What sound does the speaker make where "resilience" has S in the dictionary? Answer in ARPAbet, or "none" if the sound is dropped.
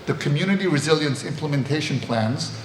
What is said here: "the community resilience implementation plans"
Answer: S